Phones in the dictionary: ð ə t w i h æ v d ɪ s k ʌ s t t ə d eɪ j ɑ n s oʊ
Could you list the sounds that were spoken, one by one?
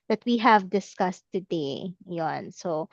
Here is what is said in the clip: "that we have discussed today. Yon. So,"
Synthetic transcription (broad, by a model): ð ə t w i h æ v d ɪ s k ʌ s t t ə d eɪ j ɑ n s oʊ